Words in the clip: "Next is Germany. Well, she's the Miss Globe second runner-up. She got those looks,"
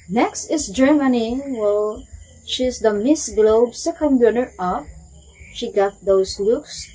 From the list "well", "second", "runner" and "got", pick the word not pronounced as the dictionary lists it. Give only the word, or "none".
runner